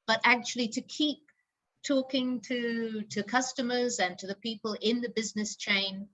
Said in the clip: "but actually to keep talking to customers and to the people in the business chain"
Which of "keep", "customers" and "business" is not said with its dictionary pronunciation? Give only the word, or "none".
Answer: none